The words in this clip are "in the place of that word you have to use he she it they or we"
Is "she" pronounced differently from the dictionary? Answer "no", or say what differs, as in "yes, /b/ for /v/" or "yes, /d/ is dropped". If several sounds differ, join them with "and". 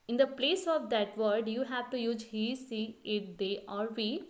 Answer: yes, /s/ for /ʃ/